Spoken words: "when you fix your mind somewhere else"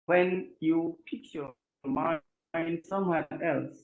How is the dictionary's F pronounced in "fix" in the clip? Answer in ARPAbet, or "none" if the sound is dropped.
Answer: P